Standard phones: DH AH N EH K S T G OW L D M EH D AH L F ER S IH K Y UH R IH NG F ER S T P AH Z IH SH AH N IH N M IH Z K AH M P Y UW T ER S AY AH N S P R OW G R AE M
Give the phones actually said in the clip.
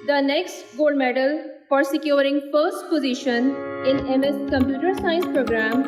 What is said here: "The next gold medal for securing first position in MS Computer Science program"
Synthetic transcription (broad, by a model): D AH N EH K S T G OW L D M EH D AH L P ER S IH K Y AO R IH NG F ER S T P AH Z IH SH AH N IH N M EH S K AH M P Y UW T ER S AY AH N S P R OW G R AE M